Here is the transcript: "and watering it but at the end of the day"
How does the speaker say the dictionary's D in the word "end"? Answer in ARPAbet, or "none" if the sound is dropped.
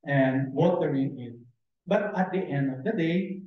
D